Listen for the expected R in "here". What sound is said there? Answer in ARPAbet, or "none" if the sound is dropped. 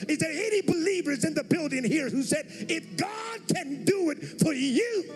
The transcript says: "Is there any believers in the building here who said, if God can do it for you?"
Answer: R